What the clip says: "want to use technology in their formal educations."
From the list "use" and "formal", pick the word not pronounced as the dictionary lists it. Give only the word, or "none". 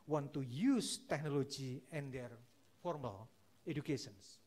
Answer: none